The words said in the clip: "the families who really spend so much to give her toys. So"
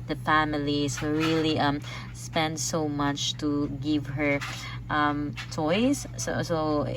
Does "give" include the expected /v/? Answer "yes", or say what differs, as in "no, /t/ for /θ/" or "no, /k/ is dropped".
yes